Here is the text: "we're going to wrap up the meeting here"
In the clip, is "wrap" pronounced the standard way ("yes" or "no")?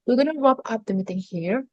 no